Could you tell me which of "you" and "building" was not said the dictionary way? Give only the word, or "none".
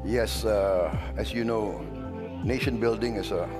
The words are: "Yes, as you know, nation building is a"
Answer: none